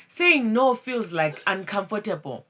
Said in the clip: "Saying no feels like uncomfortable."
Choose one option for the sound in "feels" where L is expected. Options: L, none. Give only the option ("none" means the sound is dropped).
L